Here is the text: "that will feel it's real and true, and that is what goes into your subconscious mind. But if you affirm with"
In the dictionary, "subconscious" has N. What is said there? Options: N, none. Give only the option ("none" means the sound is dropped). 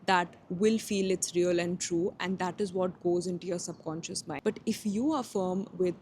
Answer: N